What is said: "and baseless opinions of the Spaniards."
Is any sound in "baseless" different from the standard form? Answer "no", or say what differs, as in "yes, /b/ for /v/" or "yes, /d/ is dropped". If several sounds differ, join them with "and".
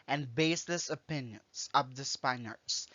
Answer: no